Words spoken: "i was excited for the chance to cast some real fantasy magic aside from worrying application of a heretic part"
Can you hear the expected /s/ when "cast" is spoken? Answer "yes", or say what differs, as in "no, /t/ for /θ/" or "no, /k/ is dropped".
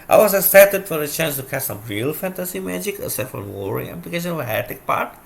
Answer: no, /s/ is dropped